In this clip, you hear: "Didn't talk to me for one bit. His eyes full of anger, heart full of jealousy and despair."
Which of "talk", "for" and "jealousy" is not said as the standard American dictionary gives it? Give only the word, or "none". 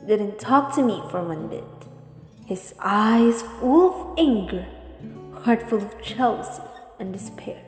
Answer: jealousy